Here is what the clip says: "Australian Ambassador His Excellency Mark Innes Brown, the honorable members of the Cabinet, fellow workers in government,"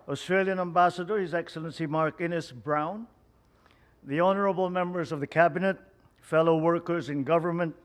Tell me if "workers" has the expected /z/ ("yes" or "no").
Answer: yes